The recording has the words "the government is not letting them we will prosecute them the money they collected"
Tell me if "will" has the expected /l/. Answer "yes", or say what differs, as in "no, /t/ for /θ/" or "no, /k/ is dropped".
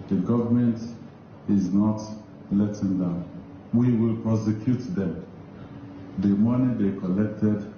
yes